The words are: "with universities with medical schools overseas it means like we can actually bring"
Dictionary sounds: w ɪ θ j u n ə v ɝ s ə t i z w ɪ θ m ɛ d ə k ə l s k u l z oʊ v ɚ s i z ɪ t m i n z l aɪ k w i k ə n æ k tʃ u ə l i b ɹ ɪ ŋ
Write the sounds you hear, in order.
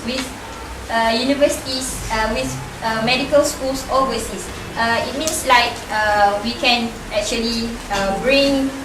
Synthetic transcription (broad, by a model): w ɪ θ j u n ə v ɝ s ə t i s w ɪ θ m ɛ d ə k ə l s k u l s oʊ ɚ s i s ɪ t m i n s l aɪ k w i k ə n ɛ k tʃ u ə l i b ɹ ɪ ŋ